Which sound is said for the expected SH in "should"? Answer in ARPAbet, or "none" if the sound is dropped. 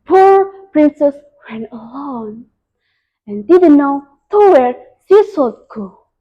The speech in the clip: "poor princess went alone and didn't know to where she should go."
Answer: S